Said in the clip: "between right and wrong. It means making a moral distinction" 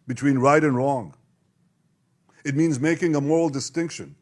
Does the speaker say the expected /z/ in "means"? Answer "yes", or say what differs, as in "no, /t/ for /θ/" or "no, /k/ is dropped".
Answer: yes